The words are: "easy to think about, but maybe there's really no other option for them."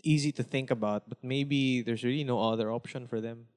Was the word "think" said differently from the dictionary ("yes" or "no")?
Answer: no